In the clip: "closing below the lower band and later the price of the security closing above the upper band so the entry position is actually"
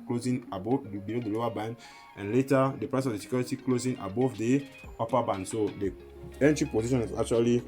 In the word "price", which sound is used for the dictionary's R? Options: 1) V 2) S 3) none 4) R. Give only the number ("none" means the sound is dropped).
4